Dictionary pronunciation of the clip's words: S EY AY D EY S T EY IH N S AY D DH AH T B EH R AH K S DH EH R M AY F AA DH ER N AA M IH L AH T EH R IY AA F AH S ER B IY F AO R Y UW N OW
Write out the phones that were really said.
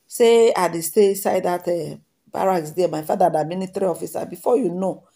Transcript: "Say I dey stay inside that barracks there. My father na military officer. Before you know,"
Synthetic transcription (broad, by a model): S EY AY D EY S T EY S AY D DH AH T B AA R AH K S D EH M AY F AA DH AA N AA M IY N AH T R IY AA F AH S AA B IY F AO Y UW N OW